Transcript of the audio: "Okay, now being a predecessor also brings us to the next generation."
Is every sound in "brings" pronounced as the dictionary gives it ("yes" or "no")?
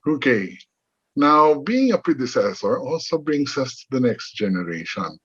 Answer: no